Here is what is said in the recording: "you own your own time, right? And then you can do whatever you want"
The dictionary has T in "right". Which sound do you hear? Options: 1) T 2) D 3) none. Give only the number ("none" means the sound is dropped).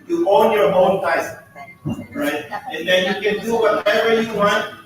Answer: 1